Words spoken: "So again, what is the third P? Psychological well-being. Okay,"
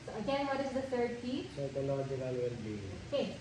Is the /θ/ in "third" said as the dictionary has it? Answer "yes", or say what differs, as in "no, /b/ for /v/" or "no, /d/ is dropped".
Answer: no, /t/ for /θ/